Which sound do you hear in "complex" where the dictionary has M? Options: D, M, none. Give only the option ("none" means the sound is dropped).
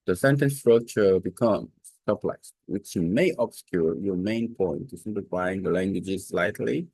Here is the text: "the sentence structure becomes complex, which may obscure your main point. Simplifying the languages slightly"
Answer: none